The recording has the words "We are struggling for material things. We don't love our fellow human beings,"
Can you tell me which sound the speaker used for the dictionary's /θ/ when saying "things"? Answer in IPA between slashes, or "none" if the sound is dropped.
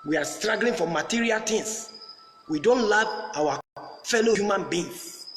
/t/